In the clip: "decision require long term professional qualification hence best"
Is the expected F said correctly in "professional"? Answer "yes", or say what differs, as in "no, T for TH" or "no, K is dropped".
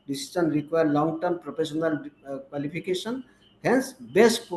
no, P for F